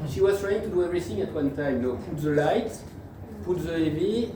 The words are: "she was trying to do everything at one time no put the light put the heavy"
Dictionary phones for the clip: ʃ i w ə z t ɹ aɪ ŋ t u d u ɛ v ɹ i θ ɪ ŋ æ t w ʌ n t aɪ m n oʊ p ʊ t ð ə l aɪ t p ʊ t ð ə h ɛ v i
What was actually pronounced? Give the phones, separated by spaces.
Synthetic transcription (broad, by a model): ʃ i w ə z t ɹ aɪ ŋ t u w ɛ ɹ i s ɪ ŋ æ t w ʌ n t aɪ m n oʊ p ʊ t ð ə l aɪ t p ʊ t ð ə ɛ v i